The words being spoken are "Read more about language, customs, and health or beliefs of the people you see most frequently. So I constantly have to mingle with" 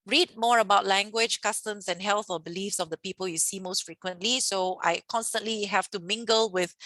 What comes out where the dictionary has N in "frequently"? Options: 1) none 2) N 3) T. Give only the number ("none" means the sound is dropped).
2